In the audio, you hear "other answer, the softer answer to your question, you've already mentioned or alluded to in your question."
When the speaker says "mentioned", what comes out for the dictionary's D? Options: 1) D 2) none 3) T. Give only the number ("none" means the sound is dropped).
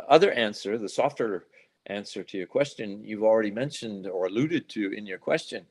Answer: 1